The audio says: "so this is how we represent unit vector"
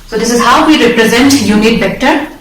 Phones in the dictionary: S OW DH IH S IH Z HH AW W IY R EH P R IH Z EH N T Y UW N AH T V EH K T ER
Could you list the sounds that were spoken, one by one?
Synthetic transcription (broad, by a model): S OW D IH S IH Z HH AW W IY R EH P R IH Z EH N T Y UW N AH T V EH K T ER